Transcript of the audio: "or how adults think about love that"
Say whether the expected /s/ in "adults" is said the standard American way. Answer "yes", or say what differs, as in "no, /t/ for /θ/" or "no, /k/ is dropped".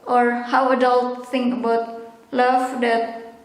no, /s/ is dropped